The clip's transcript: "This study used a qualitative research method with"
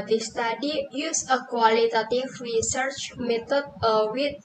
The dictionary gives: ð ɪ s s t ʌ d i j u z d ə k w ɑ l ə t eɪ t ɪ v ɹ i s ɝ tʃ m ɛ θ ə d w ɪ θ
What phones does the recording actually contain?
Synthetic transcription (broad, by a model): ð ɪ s s t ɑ d i j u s ə k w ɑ l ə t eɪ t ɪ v ɹ i s ɝ tʃ m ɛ t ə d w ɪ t